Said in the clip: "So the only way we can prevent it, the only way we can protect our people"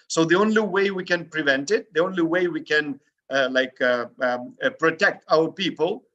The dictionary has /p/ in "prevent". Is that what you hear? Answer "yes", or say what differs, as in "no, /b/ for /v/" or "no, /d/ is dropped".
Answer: yes